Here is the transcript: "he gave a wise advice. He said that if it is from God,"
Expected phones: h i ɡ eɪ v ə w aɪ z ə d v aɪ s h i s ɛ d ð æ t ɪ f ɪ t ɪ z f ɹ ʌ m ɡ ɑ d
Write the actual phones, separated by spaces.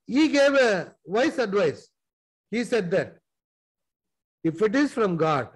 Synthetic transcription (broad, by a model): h i ɡ eɪ v ə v aɪ s ə d v aɪ s h i s ɛ d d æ t ɪ f ɪ t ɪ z f ɹ ʌ m ɡ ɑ d